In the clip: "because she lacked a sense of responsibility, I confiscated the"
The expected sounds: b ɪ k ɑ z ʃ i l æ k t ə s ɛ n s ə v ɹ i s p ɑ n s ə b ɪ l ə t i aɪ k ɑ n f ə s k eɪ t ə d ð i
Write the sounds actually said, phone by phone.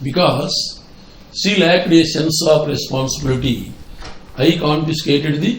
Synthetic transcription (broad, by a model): b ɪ k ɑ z s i l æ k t ə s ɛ n s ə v ɹ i s p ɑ n s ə b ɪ l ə t i aɪ k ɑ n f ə s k eɪ t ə d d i